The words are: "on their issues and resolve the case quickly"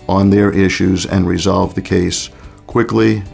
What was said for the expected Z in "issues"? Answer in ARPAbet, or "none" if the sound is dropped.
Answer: Z